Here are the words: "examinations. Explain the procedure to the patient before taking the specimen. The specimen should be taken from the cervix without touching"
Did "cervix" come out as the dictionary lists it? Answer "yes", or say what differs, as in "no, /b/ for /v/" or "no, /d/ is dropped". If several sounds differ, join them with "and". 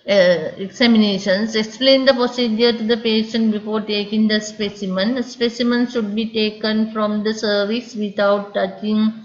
no, /k/ is dropped